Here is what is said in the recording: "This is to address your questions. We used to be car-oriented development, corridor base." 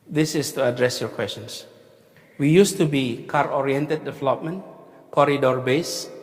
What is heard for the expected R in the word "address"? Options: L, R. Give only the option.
R